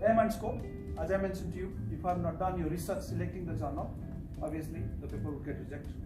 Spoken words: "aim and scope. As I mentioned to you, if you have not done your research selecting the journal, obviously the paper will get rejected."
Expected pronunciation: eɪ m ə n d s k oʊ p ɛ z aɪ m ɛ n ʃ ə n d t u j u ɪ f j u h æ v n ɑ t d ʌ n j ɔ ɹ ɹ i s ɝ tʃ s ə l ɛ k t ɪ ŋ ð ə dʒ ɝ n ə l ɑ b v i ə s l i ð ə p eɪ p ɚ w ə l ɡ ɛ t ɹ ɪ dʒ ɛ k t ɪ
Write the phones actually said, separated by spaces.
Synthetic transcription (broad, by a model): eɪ m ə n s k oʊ ɛ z aɪ m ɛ n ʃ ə n t u j u ɪ f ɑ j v n ɑ t d ʌ n j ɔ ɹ ɹ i s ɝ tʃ s ə l ɛ k t ɪ ŋ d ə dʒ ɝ n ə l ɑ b i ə s l i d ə p eɪ p ɚ w ə l ɡ ɛ t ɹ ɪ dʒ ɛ k t